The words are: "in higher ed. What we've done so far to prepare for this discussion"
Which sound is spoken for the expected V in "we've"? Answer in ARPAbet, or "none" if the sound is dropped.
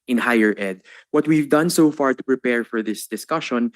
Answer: V